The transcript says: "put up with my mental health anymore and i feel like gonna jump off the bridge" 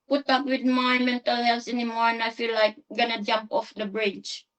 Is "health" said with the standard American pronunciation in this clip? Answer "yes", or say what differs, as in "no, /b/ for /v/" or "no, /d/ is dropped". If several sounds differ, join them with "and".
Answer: no, /s/ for /θ/